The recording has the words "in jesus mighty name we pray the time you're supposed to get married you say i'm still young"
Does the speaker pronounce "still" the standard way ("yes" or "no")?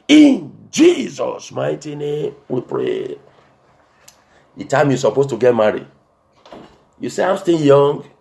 no